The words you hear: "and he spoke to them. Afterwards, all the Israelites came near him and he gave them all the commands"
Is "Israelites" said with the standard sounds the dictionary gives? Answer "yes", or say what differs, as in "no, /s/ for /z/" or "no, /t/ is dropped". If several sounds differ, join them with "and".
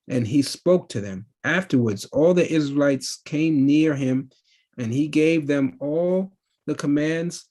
yes